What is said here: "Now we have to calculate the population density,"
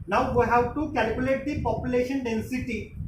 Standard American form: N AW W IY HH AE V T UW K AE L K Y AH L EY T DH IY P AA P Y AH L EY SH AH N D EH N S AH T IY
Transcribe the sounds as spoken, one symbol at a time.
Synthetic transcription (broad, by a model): N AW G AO HH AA W T UW K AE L K Y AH L EY T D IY P AA P Y AH L EY SH AH N D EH N S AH T IY